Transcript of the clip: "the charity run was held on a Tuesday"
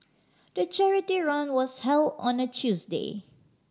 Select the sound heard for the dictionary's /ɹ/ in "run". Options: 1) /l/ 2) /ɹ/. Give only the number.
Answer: 2